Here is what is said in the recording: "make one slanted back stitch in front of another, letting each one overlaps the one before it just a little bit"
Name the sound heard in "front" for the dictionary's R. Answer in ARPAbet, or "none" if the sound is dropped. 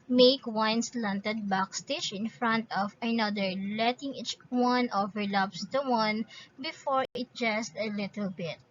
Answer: R